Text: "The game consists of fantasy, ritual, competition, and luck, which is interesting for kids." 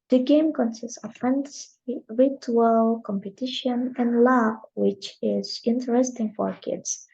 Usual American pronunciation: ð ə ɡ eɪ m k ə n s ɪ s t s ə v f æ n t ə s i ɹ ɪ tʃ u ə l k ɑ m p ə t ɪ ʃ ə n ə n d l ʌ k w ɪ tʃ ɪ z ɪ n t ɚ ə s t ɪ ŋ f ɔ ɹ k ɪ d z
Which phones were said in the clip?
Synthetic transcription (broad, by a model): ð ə ɡ eɪ m k ə n s ɪ s t s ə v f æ n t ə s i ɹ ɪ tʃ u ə l k ɑ m p ə t ɪ ʃ ə n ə n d l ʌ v w ɪ tʃ ɪ z ɪ n t ɚ ə s t ɪ ŋ f ɔ ɹ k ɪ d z